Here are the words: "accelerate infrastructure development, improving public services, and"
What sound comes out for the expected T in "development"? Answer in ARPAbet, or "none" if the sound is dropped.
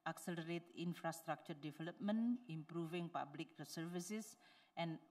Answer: none